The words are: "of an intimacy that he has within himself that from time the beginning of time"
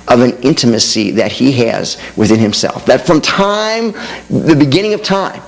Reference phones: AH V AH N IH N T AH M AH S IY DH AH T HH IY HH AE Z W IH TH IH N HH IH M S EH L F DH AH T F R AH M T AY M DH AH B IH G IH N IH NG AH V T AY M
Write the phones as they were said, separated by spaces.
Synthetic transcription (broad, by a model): AH V AH N IH N T AH M AH S IY DH AH T HH IY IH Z W IH TH IH N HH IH M S EH L F DH AH T F R AH M T AY M DH AH B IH G IH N IH NG AH V T AY M